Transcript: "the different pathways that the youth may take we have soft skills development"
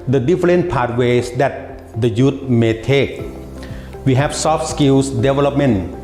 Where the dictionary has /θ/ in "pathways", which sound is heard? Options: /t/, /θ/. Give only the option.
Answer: /t/